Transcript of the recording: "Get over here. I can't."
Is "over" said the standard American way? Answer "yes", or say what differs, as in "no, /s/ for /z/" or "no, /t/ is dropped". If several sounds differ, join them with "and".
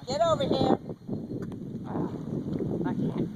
yes